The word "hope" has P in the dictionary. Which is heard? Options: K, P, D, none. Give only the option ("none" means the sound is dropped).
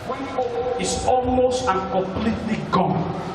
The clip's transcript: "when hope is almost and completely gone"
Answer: none